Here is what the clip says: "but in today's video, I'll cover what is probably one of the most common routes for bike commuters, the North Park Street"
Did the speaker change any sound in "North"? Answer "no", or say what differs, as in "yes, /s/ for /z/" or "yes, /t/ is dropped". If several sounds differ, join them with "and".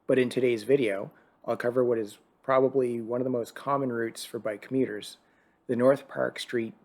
no